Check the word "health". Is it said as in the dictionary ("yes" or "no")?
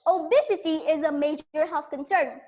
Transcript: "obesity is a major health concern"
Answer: no